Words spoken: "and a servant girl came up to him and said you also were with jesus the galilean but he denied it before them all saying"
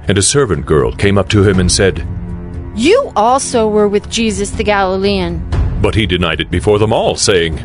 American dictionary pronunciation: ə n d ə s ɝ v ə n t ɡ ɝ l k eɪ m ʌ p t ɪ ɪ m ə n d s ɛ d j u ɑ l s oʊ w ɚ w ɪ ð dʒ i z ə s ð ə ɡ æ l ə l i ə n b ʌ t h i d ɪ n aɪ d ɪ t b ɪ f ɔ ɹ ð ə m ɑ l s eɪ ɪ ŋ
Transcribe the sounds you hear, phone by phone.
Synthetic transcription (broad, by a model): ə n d ə s ɝ v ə n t ɡ ɝ l k eɪ m ʌ p t ɪ ɪ m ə n s ɛ d j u ɑ l s oʊ w ɚ w ɪ ð dʒ i z ə s ð ə ɡ æ l ə l i ə n b ʌ t h i d ɪ n aɪ d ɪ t b ɪ f ɔ ɹ ð ə m ɑ l s eɪ ɪ ŋ